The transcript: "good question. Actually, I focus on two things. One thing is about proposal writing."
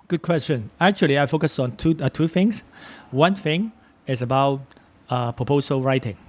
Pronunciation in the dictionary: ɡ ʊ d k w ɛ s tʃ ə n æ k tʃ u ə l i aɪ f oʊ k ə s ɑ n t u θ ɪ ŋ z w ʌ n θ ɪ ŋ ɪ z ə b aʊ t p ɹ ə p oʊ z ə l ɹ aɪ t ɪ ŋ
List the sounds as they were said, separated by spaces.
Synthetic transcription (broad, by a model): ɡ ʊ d k w ɛ s tʃ ə n æ k tʃ u ə l i aɪ f oʊ k ə s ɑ n t u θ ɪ ŋ s w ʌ n θ ɪ ŋ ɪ s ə b aʊ t p ɹ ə p oʊ s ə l ɹ aɪ t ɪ ŋ